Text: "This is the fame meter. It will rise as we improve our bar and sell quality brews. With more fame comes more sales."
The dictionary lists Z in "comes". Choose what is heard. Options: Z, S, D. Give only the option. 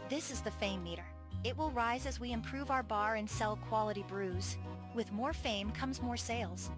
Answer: Z